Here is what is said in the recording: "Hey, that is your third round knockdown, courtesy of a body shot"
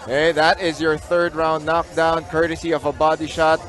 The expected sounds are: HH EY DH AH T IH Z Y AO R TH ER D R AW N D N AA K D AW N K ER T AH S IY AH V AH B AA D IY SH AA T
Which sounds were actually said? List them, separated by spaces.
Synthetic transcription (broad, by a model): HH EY DH AH T IH Z Y AO R TH ER D R AW N D N AA K D AW N K ER T AH S IY AH V AH B AA D IY SH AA T